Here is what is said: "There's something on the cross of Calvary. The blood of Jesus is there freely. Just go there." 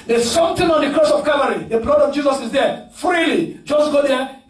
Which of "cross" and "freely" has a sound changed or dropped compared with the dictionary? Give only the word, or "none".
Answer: none